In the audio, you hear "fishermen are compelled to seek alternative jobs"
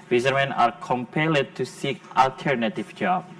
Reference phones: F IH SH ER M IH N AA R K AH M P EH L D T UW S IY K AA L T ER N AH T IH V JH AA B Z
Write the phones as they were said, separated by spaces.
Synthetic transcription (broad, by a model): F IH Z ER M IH N AA R K AH M P EH L D T UW S IY K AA L T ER N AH T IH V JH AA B